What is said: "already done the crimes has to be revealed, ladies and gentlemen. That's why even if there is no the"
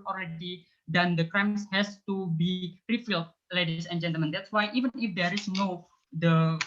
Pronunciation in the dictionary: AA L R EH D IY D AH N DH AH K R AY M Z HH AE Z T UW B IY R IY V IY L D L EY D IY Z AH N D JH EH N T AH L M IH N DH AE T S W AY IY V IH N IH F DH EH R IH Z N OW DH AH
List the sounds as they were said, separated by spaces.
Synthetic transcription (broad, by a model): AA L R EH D IY D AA N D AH K R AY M S HH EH S T UW B IY R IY F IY L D L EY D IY S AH N JH EH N T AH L M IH N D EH T S W AY IY V IH N IH F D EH R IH S N OW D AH